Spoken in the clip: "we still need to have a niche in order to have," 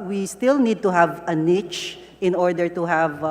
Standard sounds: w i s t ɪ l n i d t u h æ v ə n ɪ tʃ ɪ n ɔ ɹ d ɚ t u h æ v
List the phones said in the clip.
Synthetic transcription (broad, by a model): w i s t ɪ l n i d t u h æ v ə n ɪ tʃ ɪ n ɔ ɹ d ɚ t u h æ v